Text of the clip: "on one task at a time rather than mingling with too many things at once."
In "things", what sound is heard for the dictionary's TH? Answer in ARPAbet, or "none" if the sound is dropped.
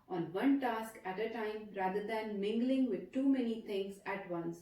T